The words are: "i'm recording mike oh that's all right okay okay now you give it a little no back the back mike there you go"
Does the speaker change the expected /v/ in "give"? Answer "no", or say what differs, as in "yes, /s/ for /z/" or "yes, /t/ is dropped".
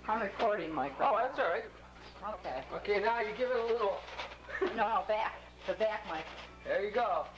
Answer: no